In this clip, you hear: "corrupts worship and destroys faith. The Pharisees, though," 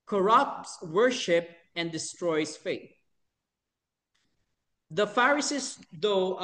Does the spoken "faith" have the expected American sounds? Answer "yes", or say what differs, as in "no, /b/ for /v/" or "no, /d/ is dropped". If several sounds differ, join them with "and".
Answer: no, /t/ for /θ/